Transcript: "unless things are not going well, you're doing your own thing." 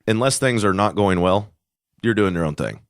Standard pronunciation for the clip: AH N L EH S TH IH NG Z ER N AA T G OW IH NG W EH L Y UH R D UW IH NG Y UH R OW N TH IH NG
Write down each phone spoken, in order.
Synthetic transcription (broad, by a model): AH N L EH S TH IH NG Z ER N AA T G OW IH NG W EH L Y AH R D UW IH NG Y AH R OW N TH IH NG